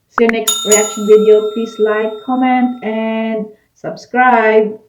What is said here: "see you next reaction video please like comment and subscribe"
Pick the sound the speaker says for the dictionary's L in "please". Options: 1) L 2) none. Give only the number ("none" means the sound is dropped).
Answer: 2